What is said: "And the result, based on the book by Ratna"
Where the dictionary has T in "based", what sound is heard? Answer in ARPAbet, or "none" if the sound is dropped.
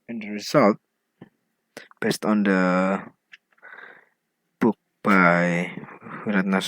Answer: T